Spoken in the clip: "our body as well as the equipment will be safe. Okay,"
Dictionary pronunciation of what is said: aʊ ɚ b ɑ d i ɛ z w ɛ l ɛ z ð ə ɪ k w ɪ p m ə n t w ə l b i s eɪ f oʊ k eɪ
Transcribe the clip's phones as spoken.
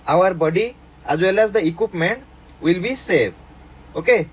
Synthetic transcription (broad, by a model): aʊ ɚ b ɑ d i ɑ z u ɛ l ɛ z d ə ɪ k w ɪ p m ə n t w ə l b i s eɪ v oʊ k eɪ